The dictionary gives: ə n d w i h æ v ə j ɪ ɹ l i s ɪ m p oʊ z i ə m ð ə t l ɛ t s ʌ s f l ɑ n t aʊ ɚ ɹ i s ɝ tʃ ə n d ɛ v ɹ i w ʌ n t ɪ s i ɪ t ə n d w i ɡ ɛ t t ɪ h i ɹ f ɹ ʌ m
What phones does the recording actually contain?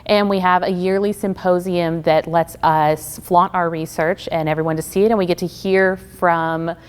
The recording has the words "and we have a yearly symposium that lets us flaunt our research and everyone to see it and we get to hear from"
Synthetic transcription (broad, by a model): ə n w i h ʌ v ə j ɪ ɹ l i s ɪ m p oʊ z i ə m ð ə t l ɛ t s ʌ s f l ɑ t aʊ ɚ ɹ i s ɝ tʃ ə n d ɛ v ɹ i w ʌ n t ɪ s i ɪ t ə n w i ɡ ɛ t t ɪ h i ɹ f ɹ ʌ m